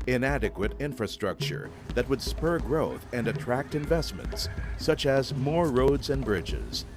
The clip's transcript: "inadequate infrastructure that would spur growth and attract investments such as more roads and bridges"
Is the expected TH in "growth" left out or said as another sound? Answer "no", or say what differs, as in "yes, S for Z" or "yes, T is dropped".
no